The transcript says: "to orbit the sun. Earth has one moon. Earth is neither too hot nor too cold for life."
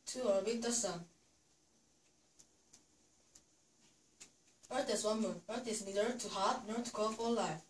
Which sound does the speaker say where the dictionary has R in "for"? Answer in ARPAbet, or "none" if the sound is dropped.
L